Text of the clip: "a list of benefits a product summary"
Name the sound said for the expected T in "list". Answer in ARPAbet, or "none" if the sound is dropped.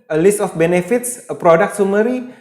T